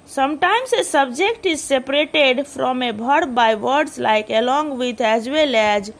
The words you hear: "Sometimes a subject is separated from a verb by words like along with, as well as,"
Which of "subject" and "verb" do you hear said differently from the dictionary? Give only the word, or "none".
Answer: verb